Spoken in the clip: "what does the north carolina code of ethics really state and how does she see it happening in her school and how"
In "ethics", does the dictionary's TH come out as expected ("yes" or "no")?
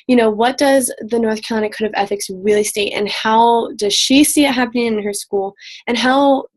yes